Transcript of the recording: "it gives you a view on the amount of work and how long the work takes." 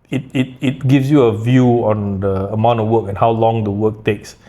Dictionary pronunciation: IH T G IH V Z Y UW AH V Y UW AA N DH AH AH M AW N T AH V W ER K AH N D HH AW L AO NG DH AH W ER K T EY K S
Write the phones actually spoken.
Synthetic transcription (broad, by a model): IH T G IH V S Y UW AH V Y UW AA N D AH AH M AW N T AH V W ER K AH N HH AW L AO NG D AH W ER K T EY K S